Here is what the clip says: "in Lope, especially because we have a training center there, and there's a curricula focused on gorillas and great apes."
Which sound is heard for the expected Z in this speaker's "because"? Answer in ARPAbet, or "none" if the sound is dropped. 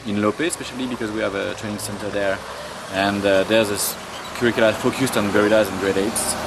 Z